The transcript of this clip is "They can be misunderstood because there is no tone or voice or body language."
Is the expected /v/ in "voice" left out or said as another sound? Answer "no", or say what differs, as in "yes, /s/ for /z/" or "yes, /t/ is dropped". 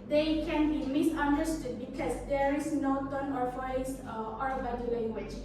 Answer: yes, /f/ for /v/